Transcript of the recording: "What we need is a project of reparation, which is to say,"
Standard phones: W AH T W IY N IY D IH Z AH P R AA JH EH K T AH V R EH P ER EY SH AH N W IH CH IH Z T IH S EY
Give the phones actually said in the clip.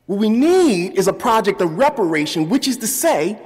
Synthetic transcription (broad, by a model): W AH T W IY N IY D IH Z AH P R AA JH EH K T AH V R EH P ER EY SH AH N W IH CH IH Z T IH S EY